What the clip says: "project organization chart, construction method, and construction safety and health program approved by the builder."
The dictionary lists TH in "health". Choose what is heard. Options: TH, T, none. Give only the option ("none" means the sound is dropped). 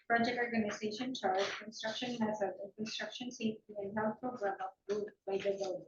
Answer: T